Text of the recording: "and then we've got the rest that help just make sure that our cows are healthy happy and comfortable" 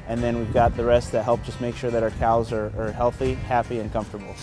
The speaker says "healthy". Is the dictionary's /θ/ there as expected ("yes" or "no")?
yes